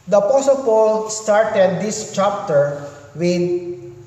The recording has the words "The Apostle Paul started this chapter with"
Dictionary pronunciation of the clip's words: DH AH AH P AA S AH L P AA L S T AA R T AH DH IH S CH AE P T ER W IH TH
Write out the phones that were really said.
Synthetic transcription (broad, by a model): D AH AH P AA S AH L P AA L S T AA R T AH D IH S CH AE P T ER W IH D